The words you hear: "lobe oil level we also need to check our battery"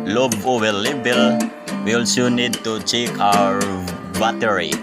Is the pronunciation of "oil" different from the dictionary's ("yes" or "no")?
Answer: yes